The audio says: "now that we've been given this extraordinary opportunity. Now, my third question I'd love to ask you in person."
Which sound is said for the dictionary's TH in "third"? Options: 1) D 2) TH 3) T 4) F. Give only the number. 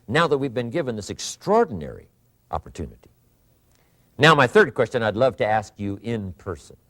2